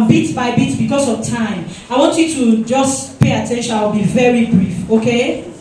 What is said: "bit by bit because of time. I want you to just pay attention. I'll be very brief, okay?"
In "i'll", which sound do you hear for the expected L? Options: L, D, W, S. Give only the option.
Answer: W